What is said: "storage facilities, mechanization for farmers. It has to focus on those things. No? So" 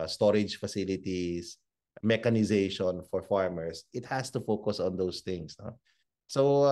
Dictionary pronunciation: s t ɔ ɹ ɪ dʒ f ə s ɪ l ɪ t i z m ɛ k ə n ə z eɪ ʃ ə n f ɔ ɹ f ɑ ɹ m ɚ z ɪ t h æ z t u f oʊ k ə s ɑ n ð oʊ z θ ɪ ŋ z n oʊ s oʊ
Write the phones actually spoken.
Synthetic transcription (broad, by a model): s t ɔ ɹ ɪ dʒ f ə s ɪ l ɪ t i s m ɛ k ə n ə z eɪ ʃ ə n f ɔ ɹ f ɑ ɹ m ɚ s ɪ t h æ s t u f oʊ k ə s ɑ n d oʊ s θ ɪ ŋ s n oʊ s oʊ